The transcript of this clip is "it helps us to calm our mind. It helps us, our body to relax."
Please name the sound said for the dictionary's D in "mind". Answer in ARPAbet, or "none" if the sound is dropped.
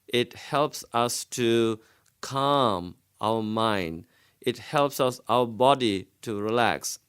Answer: D